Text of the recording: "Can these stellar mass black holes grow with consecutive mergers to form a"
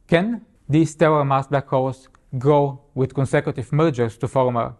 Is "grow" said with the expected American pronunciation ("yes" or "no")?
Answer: yes